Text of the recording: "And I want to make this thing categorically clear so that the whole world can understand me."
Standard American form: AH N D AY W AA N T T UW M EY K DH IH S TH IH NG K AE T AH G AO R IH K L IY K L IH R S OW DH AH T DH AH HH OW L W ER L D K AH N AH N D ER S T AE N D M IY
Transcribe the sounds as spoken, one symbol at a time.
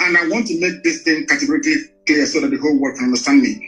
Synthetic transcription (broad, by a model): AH N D AY W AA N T T UW M EY K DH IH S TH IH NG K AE T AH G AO R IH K L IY K L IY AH S OW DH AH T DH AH HH OW L W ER D K AH N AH N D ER S T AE N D M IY